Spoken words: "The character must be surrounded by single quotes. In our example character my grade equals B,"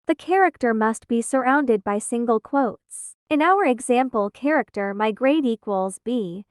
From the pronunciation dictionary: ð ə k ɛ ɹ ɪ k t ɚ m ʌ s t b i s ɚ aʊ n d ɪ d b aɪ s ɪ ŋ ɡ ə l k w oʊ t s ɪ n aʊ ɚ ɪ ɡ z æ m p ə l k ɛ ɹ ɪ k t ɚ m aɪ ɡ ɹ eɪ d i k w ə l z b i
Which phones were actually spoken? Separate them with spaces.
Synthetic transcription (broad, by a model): ð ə k ɛ ɹ ɪ k t ɚ m ʌ s t b i s ɚ aʊ n d ɪ d b aɪ s ɪ ŋ ɡ ə l k w oʊ t s ɪ n aʊ ɚ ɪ ɡ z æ m p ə l k ɛ ɹ ɪ k t ɚ m aɪ ɡ ɹ eɪ d i k w ə l z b i